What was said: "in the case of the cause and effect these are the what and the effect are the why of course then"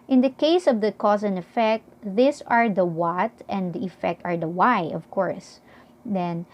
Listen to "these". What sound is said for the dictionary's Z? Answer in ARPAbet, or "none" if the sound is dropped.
S